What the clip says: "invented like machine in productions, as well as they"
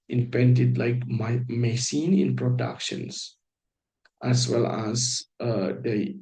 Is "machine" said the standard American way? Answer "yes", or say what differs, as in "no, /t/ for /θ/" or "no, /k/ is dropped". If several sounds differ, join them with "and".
no, /s/ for /ʃ/